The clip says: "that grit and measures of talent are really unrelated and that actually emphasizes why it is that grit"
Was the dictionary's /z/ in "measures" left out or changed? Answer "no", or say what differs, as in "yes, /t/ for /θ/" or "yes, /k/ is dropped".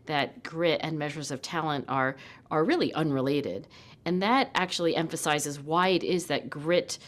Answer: no